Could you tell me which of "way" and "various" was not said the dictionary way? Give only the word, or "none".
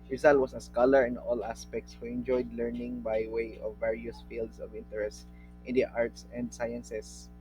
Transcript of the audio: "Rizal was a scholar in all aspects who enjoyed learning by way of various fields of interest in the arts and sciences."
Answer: none